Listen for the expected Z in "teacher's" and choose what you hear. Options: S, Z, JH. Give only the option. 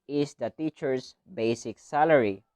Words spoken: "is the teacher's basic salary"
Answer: S